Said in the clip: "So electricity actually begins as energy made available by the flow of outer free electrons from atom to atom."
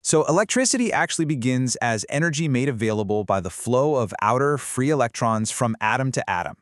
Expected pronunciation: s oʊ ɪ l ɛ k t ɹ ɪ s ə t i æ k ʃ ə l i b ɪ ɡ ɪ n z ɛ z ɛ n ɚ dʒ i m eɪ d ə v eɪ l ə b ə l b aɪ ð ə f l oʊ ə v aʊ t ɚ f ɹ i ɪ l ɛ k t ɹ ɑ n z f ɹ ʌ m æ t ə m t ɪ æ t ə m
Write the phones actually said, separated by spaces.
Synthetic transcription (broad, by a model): s oʊ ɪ l ɛ k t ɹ ɪ s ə t i æ k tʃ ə l i b ɪ ɡ ɪ n z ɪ z ɛ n ɚ dʒ i m eɪ d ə v eɪ l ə b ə l b aɪ ð ə f l oʊ ə v aʊ t ɚ f ɹ i ɪ l ɛ k t ɹ ɑ n z f ɹ ʌ m æ t ə m t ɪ æ t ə m